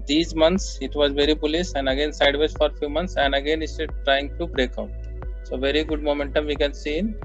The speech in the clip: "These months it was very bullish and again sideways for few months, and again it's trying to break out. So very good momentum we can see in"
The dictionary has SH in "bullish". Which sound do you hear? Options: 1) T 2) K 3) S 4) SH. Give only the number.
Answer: 3